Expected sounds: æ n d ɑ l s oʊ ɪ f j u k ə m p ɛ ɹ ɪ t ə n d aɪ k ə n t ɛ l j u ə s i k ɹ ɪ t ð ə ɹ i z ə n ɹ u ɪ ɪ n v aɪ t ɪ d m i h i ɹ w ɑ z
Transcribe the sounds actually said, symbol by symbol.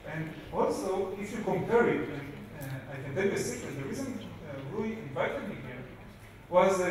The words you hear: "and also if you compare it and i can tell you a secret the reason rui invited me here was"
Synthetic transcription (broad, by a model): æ n d ɑ l s oʊ ɪ f j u k ə m p ɛ ɹ ɪ t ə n aɪ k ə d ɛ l ə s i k ɪ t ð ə ɹ i z ə n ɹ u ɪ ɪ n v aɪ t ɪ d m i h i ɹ w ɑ z